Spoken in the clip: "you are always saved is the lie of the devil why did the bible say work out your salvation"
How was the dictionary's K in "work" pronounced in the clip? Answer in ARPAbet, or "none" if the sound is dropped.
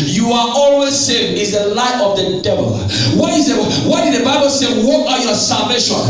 none